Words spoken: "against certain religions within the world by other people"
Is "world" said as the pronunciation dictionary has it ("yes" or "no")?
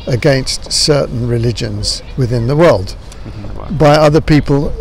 yes